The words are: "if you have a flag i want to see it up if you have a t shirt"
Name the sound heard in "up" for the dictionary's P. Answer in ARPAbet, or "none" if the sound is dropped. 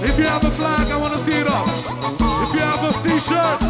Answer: F